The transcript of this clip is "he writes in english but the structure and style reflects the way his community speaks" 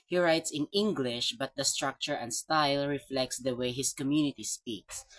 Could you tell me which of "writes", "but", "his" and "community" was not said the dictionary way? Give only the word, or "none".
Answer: his